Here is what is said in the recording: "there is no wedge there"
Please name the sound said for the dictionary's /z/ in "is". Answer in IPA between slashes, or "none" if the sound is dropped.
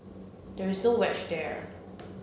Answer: /z/